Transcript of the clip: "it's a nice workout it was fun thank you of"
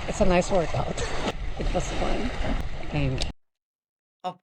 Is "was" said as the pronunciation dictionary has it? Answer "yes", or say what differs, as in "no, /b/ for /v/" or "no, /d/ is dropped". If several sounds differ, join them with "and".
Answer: no, /s/ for /z/